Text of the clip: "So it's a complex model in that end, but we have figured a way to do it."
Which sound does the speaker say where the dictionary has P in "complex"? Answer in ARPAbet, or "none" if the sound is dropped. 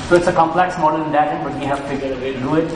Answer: P